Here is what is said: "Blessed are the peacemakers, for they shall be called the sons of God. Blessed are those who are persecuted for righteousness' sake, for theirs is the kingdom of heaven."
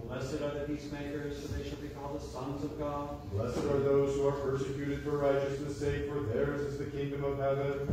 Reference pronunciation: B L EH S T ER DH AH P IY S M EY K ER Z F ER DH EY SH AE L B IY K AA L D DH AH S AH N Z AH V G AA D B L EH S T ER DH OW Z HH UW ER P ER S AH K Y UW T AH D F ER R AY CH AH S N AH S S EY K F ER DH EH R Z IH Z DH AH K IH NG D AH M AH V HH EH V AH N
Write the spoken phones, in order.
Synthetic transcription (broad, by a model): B L EH S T ER DH AH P IY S M EY K ER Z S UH DH EY SH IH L B IY K AA L D DH AH S AH N Z AH V G AA D L EH S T ER DH OW Z HH UW ER P ER S AH K Y UW T AH D F ER R AY CH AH S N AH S S EY K F ER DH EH R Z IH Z DH AH K IH NG D AH M AH V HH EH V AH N